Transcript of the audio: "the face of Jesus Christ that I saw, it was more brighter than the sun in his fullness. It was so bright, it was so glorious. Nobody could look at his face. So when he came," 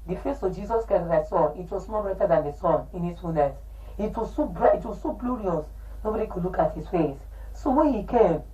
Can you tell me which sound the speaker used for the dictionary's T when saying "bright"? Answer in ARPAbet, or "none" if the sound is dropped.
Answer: none